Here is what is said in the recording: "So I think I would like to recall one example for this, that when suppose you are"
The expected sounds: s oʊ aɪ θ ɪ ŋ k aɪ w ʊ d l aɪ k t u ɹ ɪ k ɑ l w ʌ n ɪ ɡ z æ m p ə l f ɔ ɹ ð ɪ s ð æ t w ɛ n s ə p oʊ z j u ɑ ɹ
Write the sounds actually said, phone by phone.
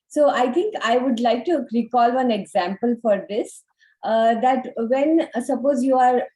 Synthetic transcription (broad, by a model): s oʊ aɪ t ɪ ŋ k aɪ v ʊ d l aɪ k t u ɹ ɪ k ɑ l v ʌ n ɪ ɡ z æ m p ə l f ɔ ɹ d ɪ s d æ t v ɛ n s ə p oʊ z j u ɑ ɹ